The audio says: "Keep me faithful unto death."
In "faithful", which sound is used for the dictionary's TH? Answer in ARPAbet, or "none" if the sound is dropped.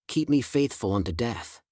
TH